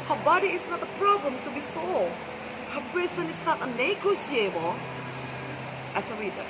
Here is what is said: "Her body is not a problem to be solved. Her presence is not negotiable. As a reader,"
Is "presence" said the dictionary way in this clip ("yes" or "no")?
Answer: no